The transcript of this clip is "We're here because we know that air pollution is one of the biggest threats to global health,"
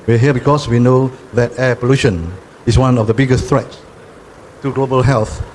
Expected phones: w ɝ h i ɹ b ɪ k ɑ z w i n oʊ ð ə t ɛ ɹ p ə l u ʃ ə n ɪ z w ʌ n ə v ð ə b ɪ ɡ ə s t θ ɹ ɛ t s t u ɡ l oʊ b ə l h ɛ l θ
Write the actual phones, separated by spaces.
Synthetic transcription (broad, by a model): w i h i b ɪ k ɑ s w i n oʊ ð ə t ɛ p ə l u ʃ ə n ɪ s w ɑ n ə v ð ə b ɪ ɡ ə s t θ ɹ ɛ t s t u ɡ l oʊ b ə l h ɛ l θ